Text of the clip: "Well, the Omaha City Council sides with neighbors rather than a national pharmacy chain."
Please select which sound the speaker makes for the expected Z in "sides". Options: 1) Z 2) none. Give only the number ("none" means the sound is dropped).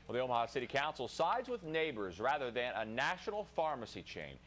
1